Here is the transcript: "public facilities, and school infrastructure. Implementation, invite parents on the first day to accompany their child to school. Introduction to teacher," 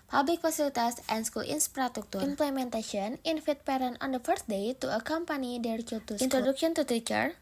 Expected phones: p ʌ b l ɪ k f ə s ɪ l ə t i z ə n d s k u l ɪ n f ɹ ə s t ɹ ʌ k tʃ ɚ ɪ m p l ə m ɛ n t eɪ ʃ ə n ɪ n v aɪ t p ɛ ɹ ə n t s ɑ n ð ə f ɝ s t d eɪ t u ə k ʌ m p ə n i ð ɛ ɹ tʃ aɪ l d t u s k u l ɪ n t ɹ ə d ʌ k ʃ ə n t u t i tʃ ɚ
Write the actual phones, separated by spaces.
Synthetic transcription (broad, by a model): p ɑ b l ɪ k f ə s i l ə t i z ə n s k u l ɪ n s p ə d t u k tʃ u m p l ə m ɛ n t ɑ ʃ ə n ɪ n f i t p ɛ ɹ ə n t ɑ n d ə f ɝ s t d eɪ t u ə k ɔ m p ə n i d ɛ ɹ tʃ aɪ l t u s i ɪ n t ɹ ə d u k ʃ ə n t u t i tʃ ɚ